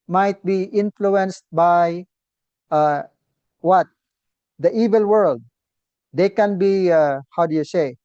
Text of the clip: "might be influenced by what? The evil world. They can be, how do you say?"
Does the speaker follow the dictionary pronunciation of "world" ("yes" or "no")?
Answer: yes